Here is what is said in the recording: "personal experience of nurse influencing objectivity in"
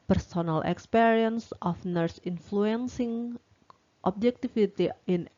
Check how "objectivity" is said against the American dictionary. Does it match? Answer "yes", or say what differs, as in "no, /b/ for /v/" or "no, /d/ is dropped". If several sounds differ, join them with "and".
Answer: no, /f/ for /v/